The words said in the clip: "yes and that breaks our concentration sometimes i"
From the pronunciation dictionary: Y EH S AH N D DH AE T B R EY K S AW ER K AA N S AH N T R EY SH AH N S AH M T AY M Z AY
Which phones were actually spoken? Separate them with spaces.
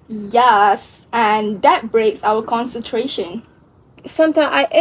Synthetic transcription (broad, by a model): Y EH S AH N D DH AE T B R EY K S AW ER K AA N S AH N T R EY SH AH N S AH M T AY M AY